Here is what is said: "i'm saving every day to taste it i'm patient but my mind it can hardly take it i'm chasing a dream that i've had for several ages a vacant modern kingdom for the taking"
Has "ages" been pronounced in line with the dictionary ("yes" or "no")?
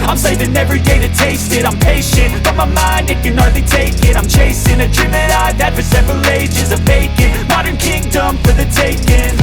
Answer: yes